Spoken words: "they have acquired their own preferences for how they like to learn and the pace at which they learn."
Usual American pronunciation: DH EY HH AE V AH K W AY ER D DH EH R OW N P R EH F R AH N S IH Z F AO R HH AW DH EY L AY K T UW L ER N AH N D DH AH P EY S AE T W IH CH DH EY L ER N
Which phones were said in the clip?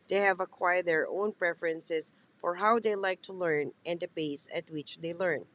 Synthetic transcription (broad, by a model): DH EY HH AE V AH K W AY ER D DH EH R OW N P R EH F R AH N S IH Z F AO R HH AW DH EY L AY K T UW L ER N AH N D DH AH B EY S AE T W IH CH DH EY L ER N